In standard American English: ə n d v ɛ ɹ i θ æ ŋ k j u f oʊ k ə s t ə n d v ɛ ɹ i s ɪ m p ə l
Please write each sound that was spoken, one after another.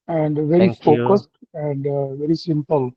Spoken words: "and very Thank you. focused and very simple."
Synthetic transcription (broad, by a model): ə n d v ɛ ɹ i f oʊ k ə s t ə n d v ɛ ɹ i s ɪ m p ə l